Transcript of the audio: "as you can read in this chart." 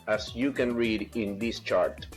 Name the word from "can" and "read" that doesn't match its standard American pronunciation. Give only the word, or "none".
none